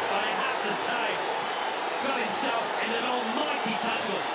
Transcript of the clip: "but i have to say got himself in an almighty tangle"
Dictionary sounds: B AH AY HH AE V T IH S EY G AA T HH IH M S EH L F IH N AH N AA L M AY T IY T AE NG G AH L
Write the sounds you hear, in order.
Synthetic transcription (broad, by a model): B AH AY HH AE F T IH S EY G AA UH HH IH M S EH L F IH N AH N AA L M AY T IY T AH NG G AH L